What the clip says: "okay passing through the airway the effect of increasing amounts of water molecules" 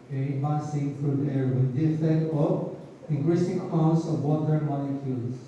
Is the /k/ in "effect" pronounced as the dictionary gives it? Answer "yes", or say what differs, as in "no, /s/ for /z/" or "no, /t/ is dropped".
no, /k/ is dropped